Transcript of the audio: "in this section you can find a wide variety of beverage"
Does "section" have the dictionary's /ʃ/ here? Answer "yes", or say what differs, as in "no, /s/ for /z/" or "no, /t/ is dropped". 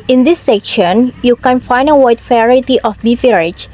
yes